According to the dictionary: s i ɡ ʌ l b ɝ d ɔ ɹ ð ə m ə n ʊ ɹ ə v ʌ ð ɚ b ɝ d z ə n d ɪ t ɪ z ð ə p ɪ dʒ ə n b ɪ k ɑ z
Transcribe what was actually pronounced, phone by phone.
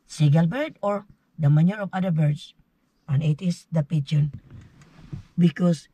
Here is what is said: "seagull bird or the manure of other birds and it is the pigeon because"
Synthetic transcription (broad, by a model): s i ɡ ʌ l b ɝ d ɔ ɹ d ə m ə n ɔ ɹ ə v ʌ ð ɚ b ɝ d s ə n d ɪ t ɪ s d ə p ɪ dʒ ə n b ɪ k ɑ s